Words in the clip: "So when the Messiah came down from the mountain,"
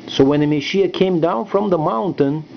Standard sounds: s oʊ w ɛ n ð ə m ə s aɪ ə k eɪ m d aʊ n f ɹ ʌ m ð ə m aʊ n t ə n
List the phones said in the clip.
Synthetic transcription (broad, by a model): s oʊ w ɛ n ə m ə ʃ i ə k eɪ m d aʊ n f ɹ ʌ m ð ə m aʊ n t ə n